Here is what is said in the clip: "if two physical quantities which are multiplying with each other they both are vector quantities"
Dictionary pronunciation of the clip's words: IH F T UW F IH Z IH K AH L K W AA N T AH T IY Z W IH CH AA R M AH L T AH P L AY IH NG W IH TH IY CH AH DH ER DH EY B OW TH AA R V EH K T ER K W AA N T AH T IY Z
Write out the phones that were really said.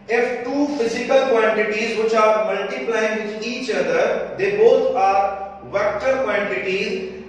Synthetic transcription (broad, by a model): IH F T UW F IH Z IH K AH L K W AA N T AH T IY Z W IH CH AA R M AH L T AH P L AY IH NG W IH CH IY CH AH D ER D EY B OW T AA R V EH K T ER K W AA N T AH T IY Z